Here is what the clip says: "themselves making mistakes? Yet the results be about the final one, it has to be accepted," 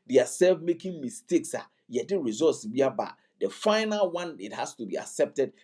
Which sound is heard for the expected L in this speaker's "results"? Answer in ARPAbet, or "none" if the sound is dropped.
none